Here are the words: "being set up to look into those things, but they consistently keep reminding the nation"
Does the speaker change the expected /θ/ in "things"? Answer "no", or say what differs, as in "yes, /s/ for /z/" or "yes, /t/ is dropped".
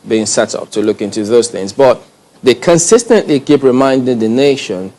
no